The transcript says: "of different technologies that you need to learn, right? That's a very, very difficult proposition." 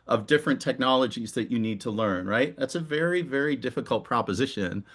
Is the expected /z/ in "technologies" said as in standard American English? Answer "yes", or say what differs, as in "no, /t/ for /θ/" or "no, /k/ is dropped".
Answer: yes